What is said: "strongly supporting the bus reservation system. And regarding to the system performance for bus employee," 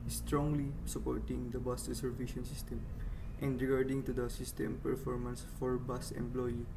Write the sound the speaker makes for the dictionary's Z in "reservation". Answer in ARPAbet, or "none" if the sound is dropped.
S